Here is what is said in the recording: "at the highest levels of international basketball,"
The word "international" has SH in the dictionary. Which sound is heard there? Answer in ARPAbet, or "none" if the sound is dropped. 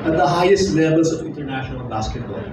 SH